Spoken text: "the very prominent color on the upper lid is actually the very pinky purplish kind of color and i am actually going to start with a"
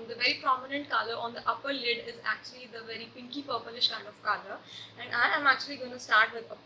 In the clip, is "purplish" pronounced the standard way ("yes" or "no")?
no